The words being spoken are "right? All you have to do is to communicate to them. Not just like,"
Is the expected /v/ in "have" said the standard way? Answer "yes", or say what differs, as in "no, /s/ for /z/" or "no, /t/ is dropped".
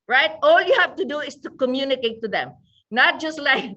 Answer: no, /f/ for /v/